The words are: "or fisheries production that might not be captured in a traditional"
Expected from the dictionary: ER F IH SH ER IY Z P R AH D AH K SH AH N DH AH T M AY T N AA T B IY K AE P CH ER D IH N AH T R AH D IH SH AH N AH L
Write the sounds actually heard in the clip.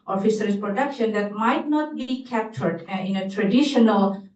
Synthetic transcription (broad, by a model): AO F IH S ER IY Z P R AH D AH K SH AH N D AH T M AY T N AA T B IY K AE P CH ER D IH N AH T R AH D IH SH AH N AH L